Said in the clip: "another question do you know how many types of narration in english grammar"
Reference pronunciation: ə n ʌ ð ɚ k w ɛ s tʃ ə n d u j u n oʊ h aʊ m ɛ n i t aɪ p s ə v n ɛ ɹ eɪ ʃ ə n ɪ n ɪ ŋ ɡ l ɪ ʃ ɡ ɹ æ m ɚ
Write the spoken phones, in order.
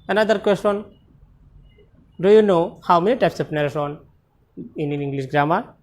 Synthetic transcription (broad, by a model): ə n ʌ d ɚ k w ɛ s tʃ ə n d u j u n oʊ h aʊ m ɛ n i t aɪ p s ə p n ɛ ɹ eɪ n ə n ɪ n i ŋ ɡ l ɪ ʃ ɡ ɹ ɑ m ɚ